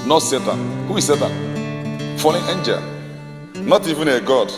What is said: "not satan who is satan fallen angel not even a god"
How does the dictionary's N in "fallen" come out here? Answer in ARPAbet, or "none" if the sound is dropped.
none